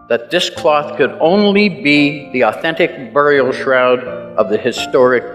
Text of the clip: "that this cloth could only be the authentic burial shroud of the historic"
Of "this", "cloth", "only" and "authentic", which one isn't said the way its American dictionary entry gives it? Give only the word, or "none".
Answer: none